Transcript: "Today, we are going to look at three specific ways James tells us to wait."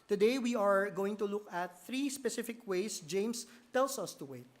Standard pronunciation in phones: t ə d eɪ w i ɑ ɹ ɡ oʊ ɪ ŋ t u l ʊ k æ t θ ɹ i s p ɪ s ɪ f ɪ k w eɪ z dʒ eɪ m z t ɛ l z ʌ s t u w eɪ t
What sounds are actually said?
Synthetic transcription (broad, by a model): t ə d eɪ w i ɑ ɹ ɡ oʊ ɪ ŋ t u l ʊ k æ t θ ɹ i s p ɪ s ɪ f ɪ k w eɪ s dʒ eɪ m s t ɛ l s ʌ s t u w eɪ t